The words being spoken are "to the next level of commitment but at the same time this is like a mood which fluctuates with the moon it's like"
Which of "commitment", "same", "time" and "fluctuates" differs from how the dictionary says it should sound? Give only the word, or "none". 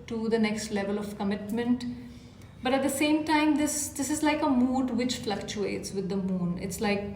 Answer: none